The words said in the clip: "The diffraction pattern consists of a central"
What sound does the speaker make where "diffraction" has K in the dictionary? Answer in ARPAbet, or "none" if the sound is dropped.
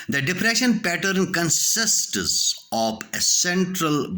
none